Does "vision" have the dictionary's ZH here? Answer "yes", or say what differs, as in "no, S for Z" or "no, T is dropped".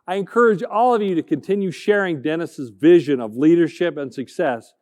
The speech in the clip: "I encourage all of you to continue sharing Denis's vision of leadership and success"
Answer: yes